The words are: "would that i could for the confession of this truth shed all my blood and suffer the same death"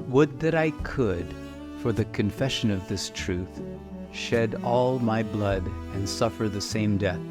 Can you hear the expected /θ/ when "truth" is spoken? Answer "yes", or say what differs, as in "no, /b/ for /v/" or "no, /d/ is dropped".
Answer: yes